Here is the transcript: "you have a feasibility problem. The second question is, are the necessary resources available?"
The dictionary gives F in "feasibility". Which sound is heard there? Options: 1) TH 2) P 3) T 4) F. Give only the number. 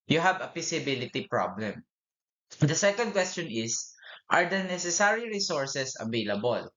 2